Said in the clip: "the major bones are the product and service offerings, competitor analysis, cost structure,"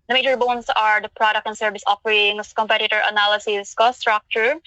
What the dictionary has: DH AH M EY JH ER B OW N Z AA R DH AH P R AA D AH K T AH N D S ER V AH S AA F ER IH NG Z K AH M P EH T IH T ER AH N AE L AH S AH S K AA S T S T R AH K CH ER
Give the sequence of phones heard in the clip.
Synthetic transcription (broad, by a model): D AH M EY JH ER B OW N S AA R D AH P R AA D AH K T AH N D S ER V AH S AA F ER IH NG S K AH M P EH T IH T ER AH N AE L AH S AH S K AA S S T R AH K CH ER